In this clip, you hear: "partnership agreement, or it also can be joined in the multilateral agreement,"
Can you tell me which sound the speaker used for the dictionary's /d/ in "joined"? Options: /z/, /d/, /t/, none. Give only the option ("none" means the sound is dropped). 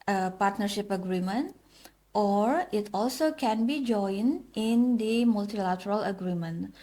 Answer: none